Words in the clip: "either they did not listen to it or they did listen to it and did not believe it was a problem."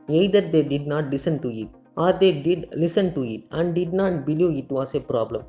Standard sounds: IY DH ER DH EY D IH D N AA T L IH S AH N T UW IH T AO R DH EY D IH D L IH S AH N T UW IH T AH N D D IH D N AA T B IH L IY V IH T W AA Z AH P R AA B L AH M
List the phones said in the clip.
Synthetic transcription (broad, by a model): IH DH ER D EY D IH D N AA T L IH S AH N T UW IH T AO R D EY D IH D L IH S AH N T UW IH T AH N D D IH D N AA T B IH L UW IH T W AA S AH P R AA B L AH M